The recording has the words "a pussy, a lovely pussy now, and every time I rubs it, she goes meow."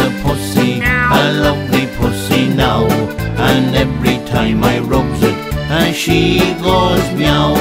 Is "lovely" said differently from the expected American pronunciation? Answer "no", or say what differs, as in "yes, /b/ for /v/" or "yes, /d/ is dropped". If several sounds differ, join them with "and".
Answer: no